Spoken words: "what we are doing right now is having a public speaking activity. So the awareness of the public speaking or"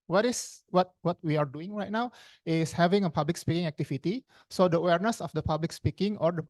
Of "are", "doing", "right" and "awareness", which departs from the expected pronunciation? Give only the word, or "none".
are